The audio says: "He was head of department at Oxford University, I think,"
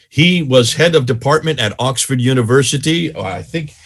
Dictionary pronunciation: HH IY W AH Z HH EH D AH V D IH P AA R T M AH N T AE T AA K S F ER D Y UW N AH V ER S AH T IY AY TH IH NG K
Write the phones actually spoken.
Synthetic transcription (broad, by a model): HH IY W AH Z HH EH D AH V D IH P AA R T M AH N T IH T AA K S F ER D Y UW N AH V ER S AH T IY AY TH IH NG K